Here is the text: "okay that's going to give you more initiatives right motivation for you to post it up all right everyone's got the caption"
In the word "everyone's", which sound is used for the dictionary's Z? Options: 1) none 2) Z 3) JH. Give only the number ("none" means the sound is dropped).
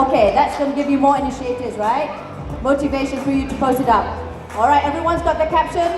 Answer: 2